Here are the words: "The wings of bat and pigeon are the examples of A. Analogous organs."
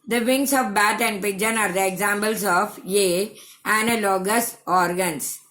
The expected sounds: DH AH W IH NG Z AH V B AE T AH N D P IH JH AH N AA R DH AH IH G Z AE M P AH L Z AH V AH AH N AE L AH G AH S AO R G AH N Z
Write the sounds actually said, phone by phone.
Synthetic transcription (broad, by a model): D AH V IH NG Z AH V B AE T AH N D P IH JH AH N AA R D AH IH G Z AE M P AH L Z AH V AH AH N L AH G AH S AO R G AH N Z